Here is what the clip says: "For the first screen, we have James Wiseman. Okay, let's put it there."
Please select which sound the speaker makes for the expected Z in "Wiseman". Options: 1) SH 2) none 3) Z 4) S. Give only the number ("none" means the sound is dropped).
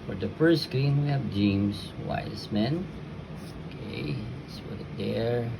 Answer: 4